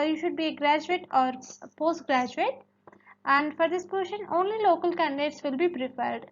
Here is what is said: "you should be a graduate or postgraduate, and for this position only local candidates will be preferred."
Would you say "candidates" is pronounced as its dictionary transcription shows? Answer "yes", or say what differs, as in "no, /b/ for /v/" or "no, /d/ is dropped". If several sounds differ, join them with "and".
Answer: yes